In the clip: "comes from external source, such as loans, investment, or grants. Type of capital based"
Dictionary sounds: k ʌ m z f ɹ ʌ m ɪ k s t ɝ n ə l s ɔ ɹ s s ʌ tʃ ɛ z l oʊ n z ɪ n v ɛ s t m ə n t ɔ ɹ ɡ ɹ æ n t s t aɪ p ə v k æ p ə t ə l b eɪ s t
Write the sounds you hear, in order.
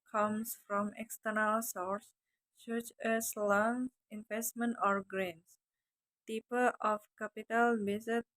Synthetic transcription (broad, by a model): k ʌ m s f ɹ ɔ m ɪ k s t ɝ n ə l s ɔ ɹ s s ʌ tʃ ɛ s l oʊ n s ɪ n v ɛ s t m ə n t ɔ ɹ ɡ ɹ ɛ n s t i p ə f k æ p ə t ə l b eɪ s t